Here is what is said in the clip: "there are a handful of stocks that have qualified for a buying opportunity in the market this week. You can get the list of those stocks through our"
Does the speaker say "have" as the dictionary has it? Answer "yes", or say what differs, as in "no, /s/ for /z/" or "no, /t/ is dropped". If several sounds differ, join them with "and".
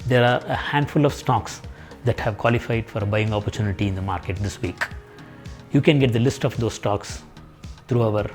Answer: yes